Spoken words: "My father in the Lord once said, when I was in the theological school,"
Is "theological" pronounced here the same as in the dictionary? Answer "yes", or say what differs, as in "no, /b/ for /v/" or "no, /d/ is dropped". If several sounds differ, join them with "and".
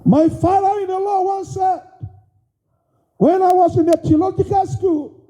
no, /t/ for /θ/